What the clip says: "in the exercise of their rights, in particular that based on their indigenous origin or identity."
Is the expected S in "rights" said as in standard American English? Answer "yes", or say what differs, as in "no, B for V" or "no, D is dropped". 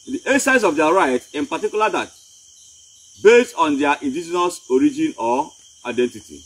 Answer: no, S is dropped